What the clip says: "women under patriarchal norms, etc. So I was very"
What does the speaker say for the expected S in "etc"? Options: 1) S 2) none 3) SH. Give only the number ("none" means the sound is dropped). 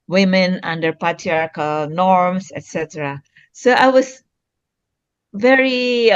1